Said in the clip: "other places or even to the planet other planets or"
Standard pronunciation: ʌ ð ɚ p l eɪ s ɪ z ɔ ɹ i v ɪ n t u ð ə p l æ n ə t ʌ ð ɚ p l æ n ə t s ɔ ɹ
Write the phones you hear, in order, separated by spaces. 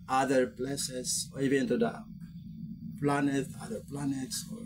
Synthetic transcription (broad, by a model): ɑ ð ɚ p l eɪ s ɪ s ɔ ɹ i v ɪ n t u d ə p l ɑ n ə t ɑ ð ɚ p l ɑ n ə t s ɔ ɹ